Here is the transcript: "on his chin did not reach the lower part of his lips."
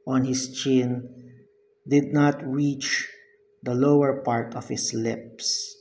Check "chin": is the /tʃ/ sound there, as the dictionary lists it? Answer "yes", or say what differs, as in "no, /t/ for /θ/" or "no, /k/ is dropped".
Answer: yes